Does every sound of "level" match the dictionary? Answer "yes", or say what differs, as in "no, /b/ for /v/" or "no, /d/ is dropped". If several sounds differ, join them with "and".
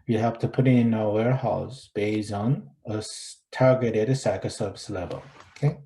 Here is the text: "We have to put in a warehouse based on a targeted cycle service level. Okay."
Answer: yes